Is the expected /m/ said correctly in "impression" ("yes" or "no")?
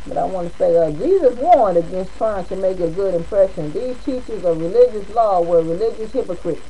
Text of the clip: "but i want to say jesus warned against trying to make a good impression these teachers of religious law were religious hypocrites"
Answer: yes